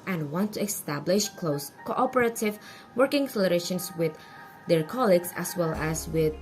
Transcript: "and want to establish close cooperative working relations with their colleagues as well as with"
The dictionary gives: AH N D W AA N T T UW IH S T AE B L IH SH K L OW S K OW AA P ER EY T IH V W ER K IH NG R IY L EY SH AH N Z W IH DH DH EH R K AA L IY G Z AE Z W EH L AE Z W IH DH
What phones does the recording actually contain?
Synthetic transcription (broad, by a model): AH N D W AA N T T UW IH S T AE B L IH SH K L OW S K OW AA P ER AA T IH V W ER K IH NG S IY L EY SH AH N S W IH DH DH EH R K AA L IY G S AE S W EH L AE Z W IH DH